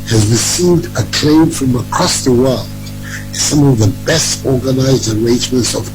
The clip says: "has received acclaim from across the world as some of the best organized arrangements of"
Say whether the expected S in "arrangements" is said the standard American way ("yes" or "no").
yes